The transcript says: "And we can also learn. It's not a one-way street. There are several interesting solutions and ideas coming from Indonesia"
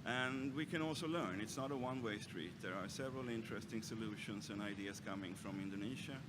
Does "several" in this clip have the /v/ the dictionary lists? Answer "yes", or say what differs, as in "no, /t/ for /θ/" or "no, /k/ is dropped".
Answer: yes